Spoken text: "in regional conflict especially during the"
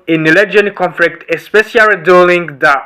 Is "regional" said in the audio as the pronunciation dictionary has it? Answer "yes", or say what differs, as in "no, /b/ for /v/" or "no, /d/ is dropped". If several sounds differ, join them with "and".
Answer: no, /n/ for /l/